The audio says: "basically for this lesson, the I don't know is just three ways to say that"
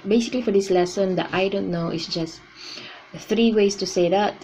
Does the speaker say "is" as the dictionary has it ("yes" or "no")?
no